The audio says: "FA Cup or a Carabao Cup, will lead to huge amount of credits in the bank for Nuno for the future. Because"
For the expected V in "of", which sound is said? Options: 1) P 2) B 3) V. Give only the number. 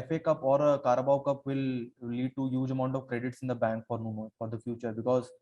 3